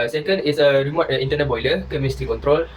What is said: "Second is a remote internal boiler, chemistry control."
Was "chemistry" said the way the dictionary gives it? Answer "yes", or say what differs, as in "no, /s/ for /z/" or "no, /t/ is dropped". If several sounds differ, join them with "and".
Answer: no, /ɹ/ is dropped